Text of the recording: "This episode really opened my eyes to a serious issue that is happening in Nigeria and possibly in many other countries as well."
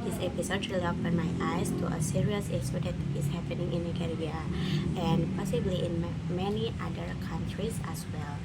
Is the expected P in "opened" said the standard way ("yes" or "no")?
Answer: no